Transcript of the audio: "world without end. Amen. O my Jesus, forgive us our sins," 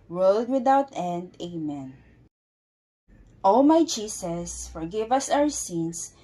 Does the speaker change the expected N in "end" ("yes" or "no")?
no